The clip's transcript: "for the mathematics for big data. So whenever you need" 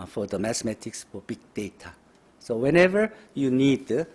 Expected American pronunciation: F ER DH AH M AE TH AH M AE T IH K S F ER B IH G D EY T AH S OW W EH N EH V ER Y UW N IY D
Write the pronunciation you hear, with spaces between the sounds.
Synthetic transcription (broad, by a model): F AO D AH M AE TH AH M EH T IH K S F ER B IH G D EY T AH S OW W EH N EH V ER Y UW N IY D